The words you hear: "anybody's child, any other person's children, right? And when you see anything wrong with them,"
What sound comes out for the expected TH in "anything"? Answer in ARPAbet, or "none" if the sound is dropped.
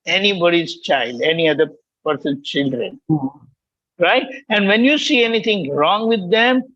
T